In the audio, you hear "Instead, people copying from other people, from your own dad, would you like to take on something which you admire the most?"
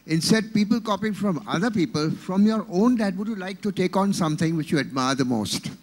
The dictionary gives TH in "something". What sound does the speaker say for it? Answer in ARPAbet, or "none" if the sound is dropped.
T